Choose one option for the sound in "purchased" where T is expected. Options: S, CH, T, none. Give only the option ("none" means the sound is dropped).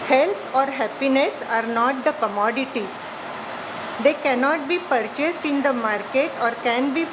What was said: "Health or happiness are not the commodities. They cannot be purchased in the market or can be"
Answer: T